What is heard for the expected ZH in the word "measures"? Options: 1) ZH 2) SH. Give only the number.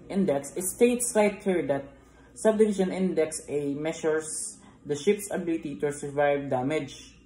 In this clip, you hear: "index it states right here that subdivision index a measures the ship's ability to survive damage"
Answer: 2